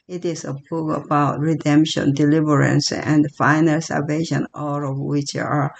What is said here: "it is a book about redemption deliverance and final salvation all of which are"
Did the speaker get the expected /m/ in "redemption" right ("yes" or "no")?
yes